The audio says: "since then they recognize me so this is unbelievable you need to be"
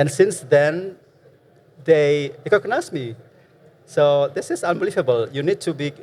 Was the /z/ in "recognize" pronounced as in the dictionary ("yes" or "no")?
no